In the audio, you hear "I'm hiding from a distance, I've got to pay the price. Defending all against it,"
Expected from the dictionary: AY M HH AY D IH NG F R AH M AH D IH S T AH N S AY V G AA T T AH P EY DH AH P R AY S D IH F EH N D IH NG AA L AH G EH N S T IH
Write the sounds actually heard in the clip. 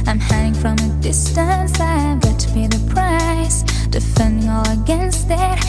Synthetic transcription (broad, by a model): AY M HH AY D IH NG F R AH M AH D IH S T AH N S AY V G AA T T AH B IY DH AH P R AY S D IH F EH N D IH NG AA L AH G EH N S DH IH